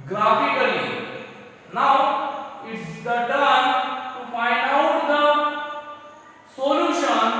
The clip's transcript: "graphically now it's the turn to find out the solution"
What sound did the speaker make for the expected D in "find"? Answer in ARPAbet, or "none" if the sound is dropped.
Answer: none